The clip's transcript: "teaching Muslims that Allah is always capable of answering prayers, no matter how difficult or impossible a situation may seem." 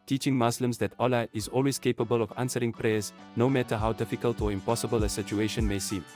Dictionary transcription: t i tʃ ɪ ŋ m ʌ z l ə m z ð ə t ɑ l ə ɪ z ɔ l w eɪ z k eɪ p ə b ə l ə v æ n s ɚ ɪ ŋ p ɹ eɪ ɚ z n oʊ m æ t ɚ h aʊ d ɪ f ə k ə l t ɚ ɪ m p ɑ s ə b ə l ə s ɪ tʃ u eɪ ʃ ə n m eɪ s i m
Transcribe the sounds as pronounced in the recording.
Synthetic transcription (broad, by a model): t i tʃ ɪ ŋ m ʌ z l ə m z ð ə t ɑ l ə ɪ z ɔ l w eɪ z k eɪ p ə b ə l ə v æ n s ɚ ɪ ŋ p ɹ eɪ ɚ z n oʊ m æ t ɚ h aʊ d ɪ f ə k ə l t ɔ ɪ m p ɑ s ə b ə l ə s ɪ tʃ u eɪ ʃ ə n m eɪ s i m